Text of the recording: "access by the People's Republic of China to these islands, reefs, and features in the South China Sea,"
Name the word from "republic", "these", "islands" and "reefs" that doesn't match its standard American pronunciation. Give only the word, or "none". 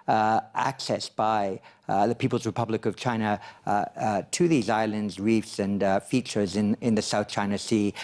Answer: none